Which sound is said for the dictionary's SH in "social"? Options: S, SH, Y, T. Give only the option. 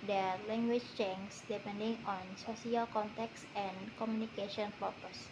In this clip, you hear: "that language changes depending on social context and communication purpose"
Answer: S